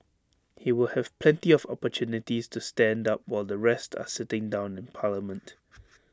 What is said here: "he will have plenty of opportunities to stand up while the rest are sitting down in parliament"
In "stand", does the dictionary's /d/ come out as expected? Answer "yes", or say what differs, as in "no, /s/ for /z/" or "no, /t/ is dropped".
yes